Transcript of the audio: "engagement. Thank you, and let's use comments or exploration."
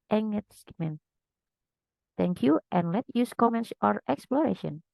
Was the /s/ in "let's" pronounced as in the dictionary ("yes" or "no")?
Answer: no